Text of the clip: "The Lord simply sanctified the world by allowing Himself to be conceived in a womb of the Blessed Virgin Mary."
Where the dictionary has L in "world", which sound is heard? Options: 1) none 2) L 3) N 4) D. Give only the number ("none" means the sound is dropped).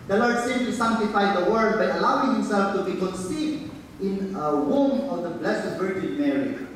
1